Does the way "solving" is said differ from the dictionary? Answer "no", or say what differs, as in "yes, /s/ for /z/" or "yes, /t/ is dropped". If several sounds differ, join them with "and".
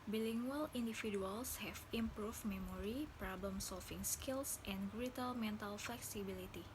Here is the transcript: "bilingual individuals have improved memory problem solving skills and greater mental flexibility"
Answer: yes, /f/ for /v/